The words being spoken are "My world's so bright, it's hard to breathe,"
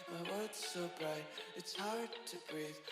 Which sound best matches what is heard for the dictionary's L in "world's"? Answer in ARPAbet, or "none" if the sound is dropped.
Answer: none